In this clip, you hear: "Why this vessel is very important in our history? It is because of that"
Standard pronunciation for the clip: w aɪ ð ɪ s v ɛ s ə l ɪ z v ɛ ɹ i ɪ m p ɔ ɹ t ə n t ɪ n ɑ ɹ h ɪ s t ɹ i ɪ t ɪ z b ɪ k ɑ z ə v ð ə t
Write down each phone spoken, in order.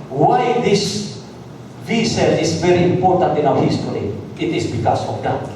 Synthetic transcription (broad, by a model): w aɪ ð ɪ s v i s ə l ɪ s v ɛ ɹ i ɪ m p ɔ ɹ t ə n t ɪ n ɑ w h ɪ s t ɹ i ɪ t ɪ s b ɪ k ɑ s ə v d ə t